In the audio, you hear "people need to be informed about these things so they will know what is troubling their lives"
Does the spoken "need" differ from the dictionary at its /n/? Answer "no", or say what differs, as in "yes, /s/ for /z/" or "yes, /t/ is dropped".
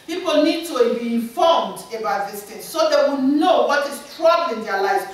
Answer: no